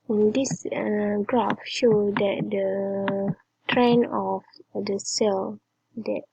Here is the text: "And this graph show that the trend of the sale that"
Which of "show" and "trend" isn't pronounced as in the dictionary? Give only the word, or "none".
trend